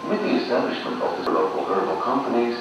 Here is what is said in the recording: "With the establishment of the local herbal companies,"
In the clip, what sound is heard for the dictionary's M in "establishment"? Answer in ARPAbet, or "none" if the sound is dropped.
M